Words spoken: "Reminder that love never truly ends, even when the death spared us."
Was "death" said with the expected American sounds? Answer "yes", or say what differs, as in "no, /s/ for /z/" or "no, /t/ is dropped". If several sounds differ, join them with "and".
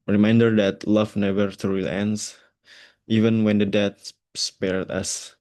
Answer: no, /t/ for /θ/